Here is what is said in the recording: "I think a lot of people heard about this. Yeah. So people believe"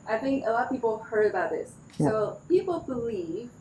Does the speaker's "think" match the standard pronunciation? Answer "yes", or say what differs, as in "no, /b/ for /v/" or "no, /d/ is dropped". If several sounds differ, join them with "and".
yes